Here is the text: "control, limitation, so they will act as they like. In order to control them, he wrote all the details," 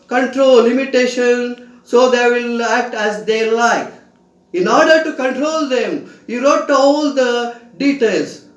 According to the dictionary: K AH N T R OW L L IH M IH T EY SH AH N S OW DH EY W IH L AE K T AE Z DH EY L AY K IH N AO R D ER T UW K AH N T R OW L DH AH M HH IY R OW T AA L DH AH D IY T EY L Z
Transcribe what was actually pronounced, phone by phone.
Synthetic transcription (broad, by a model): K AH N T R OW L L IH M IH T EY SH AH N S OW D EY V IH L AE K T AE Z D EY L AY K IH N AO R D ER T UW K AH N T R OW L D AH M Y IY R OW T AA L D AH D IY T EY L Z